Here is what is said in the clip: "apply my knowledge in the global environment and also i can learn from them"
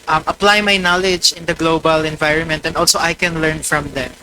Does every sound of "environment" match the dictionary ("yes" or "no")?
yes